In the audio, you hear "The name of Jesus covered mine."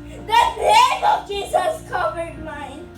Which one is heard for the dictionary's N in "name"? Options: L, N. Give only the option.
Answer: L